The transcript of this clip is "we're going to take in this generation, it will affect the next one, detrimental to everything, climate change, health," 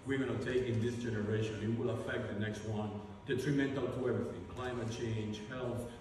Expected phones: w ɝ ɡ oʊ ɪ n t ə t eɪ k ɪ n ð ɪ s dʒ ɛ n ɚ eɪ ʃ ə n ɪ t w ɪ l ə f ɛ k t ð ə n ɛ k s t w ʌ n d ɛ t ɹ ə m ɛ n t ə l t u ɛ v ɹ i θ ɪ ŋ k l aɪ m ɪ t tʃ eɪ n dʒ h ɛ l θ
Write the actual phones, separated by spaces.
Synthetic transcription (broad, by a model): w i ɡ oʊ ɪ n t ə t eɪ k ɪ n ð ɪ s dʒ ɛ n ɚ eɪ ʃ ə n ɪ t w ɪ l ə f ɛ k t ð ə n ɛ k s t w ʌ n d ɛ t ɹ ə m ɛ n t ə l t u ɛ v ɹ i θ ɪ ŋ k l aɪ m ɪ t tʃ eɪ n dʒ h ɛ l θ